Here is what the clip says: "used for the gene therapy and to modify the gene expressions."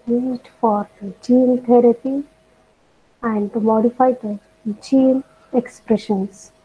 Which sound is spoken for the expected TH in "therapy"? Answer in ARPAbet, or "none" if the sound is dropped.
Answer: T